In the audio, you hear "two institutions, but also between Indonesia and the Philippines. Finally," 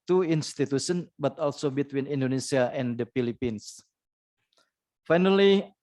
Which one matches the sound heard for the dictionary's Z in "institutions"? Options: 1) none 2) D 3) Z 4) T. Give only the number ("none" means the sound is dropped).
1